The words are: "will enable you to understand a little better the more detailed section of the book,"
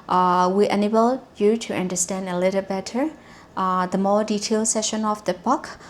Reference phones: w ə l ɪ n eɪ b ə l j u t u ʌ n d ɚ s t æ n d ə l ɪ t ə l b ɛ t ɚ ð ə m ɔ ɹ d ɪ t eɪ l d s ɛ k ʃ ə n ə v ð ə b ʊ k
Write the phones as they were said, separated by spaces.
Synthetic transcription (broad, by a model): w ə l ɪ n eɪ b ə l j u t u ʌ n d ɚ s t æ n d ə l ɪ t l b ɛ t ɚ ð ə m ɔ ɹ d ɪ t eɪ l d s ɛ ʃ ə n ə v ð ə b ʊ k